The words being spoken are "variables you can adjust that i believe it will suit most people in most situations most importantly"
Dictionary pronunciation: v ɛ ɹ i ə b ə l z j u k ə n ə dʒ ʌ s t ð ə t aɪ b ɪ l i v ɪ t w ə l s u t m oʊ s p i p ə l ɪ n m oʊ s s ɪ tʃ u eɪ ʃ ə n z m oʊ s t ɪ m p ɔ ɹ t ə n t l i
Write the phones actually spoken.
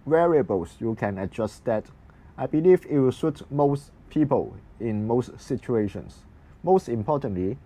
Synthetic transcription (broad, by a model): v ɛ ɹ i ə b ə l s j u k ə n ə dʒ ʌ s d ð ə t aɪ b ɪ l i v ɪ t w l s u t m oʊ s p i p ə l ɪ n m oʊ s s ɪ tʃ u eɪ ʃ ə n s m oʊ s t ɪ m p ɔ t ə n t l i